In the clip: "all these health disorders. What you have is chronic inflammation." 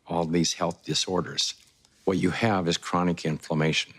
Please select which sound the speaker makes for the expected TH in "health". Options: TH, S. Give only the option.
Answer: TH